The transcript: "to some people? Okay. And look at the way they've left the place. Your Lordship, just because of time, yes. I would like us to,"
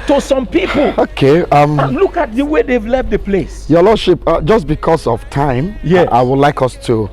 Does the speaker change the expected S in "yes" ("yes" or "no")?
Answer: yes